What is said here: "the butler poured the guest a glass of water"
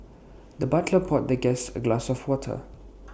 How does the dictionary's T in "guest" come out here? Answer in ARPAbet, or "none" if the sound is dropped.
none